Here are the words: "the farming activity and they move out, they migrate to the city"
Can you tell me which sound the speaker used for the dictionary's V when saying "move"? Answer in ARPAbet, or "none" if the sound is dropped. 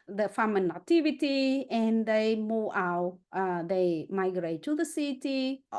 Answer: none